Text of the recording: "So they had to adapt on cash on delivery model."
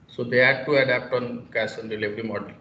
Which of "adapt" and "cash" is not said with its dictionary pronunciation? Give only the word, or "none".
cash